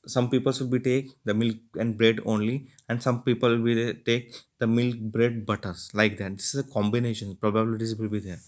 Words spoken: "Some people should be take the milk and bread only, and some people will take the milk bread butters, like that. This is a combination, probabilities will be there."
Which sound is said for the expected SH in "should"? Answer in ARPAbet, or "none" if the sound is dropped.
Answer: S